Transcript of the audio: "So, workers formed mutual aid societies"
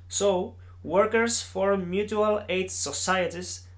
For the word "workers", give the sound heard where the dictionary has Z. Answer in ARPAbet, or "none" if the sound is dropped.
S